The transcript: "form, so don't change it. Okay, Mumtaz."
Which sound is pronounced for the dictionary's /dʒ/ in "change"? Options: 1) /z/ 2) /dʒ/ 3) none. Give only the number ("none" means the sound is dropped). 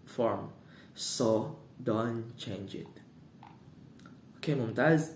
2